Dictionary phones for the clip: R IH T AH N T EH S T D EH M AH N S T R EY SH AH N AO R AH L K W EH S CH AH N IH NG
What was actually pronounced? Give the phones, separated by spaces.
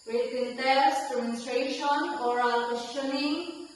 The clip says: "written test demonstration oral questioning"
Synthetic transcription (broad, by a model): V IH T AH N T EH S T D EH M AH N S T R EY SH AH N AO R AH L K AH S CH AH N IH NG